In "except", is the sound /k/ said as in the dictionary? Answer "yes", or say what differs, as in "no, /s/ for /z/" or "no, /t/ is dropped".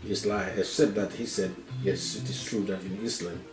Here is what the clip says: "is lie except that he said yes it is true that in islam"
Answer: no, /k/ is dropped